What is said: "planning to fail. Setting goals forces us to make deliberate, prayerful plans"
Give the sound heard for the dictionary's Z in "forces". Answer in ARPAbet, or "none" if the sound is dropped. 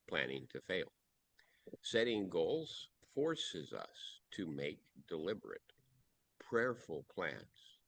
Z